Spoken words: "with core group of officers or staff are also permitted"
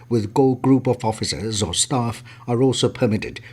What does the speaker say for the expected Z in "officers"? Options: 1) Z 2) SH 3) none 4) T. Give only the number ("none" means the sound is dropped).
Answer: 1